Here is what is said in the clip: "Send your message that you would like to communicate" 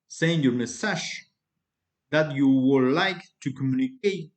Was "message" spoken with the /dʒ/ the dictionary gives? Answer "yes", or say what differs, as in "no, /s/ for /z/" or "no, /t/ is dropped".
no, /ʃ/ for /dʒ/